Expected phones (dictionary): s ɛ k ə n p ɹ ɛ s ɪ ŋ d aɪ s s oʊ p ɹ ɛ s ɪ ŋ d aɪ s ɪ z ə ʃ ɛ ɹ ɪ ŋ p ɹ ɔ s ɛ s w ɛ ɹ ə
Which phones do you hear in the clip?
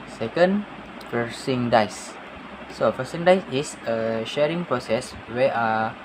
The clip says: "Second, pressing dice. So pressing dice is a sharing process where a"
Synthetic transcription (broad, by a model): s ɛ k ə n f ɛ s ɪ ŋ d aɪ s s oʊ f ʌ s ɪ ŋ d aɪ s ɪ s ə ʃ ɛ ɹ ɪ ŋ p ɹ ɔ s ɛ s w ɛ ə